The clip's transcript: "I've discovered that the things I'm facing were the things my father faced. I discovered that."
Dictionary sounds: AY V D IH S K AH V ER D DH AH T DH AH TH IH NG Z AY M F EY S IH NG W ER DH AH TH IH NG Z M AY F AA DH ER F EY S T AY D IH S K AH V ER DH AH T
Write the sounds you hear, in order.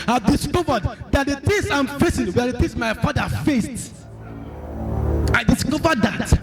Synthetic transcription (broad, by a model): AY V D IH S K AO V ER D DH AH T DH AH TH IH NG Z AY M F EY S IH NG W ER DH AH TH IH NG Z M AY F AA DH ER F EY S T AY D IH S K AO V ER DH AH T